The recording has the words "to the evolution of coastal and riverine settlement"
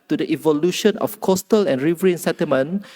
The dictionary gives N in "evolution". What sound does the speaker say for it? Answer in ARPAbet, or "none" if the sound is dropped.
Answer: N